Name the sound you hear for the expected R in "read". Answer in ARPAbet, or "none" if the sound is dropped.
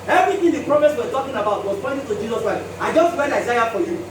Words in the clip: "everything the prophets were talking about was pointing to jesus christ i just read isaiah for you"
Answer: W